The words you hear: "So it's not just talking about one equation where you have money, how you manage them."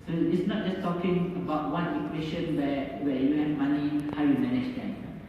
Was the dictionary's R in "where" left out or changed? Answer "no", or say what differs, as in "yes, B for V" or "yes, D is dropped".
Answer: yes, W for R